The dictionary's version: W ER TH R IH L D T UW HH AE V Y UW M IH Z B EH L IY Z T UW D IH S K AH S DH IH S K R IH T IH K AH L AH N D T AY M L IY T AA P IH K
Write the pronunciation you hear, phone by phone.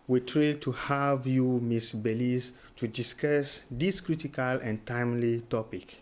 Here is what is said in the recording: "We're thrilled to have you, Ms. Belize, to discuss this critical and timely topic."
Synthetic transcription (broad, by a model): W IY T R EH D T UW HH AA V Y UW M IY S B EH L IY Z T UW D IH S K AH S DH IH S K R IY T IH K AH L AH N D T AY M L IY T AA P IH K